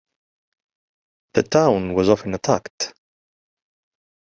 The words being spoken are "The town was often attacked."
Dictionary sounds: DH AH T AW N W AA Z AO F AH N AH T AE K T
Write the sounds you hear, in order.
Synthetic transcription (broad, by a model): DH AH T AW N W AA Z AO F AH N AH T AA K T